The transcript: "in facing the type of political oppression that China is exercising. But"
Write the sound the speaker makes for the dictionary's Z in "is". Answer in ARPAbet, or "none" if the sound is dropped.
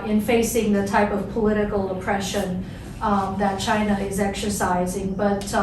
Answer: Z